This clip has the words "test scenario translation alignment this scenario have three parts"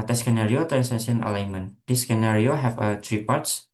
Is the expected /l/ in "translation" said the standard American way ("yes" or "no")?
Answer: no